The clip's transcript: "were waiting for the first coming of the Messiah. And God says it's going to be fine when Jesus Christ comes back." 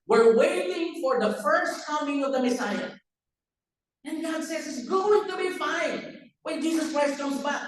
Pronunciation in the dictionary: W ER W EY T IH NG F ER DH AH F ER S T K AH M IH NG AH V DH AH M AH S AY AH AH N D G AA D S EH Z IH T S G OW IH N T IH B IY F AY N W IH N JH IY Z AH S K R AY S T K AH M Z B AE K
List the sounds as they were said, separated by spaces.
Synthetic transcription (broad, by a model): W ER W EY T IH NG F ER DH AH F ER S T K AH M IH NG AH V DH AH M AH S AY AH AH N G AA D S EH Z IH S G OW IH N T IH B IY F AY N W IH N JH IY Z AH S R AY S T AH Z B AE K